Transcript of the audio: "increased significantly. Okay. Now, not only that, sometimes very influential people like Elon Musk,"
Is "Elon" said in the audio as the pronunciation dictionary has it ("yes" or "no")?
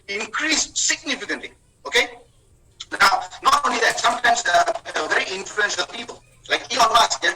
no